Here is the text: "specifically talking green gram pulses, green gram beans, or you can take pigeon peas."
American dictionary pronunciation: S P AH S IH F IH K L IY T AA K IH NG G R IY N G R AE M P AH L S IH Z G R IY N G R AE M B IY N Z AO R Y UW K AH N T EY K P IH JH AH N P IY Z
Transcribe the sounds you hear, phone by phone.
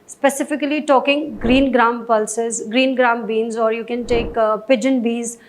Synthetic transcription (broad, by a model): S P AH S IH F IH K L IY T AA K IH NG G R IY N G R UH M P AH L S IH Z G R IY N G R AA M B IY N Z AO R Y UW K AH N T EY K P IH JH AH N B IY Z